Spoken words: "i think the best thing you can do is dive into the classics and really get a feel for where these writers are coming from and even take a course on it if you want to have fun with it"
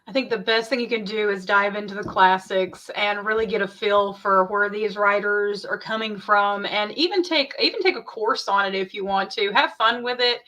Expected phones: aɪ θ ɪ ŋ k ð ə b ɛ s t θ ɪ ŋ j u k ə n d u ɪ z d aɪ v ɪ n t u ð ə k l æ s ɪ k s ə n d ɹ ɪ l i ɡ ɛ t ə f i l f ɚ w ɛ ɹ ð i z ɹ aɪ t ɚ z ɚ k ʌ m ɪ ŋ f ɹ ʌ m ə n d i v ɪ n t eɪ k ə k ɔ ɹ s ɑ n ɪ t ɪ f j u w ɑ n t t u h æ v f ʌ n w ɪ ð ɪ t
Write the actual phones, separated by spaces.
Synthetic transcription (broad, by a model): aɪ θ ɪ ŋ k ð ə b ɛ s t θ ɪ ŋ j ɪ k ə n d u ɪ z d aɪ v ɪ n t u ð ə k l æ s ɪ k s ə n ɹ ɪ l i ɡ ɛ t ə f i l f ɚ w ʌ ɹ ð i z ɹ aɪ t ɚ z ɚ k ʌ m ɪ ŋ f ɹ ʌ m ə n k i v ɪ n t eɪ k ə k ɔ ɹ s n ɪ t ɪ f j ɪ w ɑ n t t u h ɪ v f ʌ n w ɪ ð ɪ t